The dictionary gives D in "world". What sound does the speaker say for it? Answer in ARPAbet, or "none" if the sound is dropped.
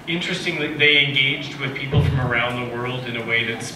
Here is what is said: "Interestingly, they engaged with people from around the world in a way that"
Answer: D